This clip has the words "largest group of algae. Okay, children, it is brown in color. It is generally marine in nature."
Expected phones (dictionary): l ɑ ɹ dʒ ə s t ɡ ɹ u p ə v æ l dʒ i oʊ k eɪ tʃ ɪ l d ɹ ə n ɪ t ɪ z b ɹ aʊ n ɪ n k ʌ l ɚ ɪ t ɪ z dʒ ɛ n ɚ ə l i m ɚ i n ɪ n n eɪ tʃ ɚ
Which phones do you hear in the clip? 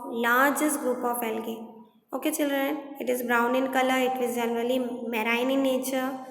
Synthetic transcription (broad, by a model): l ɑ ɹ dʒ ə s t ɡ ɹ u p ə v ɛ l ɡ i oʊ k eɪ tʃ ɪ l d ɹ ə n ɪ t ɪ z b ɹ aʊ n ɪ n k ʌ l ɚ ɪ t ɪ z dʒ ɛ n ɚ ə l i m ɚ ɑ ɪ n n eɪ tʃ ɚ